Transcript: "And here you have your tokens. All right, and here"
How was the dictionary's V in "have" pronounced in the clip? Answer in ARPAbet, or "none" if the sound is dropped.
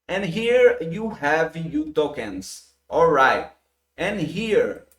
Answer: V